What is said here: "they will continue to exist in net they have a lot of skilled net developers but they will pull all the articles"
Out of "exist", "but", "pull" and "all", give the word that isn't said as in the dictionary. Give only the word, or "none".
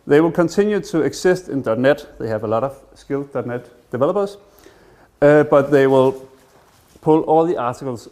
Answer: exist